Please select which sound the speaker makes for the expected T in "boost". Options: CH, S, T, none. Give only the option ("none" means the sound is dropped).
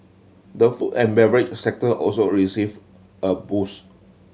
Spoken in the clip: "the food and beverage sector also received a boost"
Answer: none